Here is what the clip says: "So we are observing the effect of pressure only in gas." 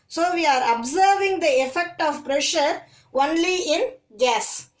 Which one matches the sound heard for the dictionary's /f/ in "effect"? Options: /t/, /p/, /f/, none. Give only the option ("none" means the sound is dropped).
/f/